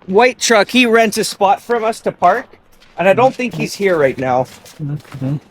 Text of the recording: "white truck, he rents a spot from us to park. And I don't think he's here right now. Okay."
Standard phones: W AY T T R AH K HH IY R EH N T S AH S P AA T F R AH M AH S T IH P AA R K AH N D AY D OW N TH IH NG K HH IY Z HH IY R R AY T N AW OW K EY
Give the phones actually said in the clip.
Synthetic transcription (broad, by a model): W AY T T R AH K HH IY R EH N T AH S P AA T F R AH M AH S T IH P AA R K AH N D AY D OW N TH IH NG K HH IY Z HH IY R R AY T N AW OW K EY